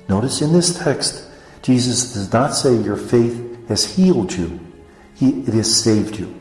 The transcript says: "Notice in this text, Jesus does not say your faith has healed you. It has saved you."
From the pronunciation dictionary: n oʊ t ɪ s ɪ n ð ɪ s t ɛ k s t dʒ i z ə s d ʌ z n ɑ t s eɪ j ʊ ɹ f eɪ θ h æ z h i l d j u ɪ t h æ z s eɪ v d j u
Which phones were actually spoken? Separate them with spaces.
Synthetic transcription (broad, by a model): n oʊ t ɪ s ɪ n ð ɪ s t ɛ k s t dʒ i z ə s d ʌ z n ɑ t s eɪ j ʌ ɹ f eɪ θ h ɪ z h i l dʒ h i ɪ t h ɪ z s eɪ v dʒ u